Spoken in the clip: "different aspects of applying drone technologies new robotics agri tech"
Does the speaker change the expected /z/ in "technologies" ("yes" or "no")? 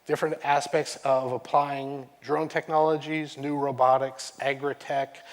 no